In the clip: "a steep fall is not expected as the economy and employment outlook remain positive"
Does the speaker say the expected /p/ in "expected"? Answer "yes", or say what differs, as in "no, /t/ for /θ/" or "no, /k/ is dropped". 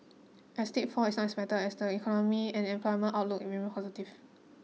no, /b/ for /p/